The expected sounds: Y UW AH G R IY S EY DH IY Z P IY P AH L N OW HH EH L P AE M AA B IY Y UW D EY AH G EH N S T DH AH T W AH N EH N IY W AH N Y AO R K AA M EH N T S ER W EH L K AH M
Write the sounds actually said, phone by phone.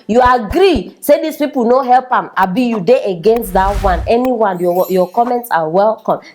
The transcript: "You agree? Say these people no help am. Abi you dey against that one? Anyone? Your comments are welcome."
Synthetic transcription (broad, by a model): Y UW AH G R IY S EY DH IY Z P IY P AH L N OW HH EH L P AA M AA B IY Y UW D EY AH G EH N S T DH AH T W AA N EH N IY W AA N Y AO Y K AA M EH N T S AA W EH L K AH M